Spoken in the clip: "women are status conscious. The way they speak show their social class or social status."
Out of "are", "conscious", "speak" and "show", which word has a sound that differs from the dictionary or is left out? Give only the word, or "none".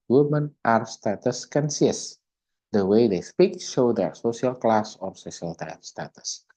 conscious